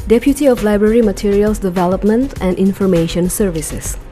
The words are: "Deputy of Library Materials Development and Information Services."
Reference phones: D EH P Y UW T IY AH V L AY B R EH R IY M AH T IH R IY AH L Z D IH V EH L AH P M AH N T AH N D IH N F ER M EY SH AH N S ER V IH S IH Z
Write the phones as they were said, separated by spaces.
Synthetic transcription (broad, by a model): D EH P Y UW T IY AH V L AY B R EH R IY M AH T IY R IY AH L S D IH V EH L AH P M AH N T AH N D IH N F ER M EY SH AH N S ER V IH S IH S